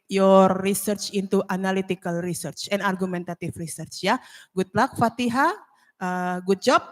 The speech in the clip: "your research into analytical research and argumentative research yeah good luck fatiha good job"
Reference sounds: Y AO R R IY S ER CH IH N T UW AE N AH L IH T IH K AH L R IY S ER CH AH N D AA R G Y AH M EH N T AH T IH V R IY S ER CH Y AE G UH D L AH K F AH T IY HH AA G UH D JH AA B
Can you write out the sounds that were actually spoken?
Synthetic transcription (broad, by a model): Y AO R R IY S ER CH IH N T UW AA N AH L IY T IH K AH L R IY S ER CH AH N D AA R G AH M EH N T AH T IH F R IY S ER CH Y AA G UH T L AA K F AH T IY HH AA G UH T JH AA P